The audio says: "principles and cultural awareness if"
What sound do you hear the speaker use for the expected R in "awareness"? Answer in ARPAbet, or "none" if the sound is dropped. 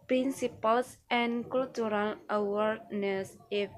R